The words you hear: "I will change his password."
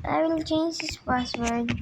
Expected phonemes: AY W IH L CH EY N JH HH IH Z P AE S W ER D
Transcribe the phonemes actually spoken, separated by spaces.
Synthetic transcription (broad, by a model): AY W IH L CH EY N JH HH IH S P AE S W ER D